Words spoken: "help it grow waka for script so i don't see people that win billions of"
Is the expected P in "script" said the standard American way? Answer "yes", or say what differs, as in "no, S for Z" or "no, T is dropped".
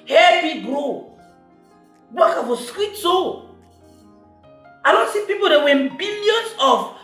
no, P is dropped